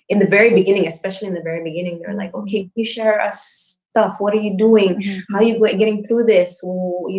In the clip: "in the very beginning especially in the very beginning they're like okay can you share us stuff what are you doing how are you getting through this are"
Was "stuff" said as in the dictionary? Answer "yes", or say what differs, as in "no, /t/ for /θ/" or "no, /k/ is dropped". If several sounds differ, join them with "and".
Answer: yes